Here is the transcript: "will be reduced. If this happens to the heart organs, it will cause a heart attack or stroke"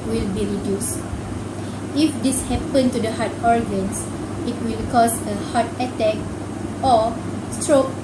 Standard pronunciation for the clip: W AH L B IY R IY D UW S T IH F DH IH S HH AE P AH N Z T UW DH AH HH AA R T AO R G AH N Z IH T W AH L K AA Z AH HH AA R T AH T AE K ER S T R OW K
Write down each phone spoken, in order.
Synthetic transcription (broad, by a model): W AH L B IY R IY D UW S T IH F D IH S HH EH P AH N T UW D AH HH AA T AO R G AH N S IH T W AH L K AA S AH HH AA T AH T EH K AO S T R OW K